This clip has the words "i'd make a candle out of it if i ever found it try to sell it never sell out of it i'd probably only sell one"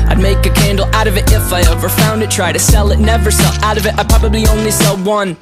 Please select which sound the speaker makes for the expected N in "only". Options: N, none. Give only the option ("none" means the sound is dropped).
N